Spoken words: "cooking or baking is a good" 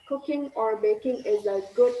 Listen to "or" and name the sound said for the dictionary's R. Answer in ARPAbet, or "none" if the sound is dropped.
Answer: R